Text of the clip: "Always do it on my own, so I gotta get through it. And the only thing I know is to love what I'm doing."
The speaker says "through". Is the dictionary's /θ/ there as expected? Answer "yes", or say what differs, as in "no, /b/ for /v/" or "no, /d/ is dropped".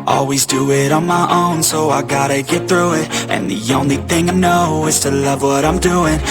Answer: yes